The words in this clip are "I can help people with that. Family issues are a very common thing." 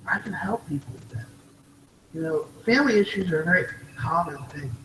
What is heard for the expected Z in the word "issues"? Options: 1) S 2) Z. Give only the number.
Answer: 2